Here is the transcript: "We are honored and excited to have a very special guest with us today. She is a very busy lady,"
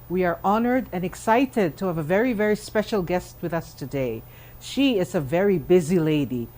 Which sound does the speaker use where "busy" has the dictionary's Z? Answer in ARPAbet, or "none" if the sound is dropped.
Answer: Z